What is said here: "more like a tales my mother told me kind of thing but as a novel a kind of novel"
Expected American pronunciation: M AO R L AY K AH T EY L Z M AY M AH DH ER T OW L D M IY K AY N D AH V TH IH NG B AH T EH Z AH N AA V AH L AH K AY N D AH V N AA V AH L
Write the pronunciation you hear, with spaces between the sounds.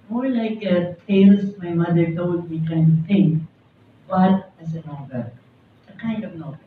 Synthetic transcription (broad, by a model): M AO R L AY K AH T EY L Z M AY M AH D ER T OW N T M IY K AY N D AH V T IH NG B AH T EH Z AH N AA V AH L AH K AY N D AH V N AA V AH